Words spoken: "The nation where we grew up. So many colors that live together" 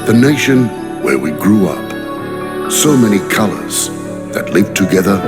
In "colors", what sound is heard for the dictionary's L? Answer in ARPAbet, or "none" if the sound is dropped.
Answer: L